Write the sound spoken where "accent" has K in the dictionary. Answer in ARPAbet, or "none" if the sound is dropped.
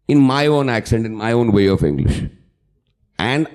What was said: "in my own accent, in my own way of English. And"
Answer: K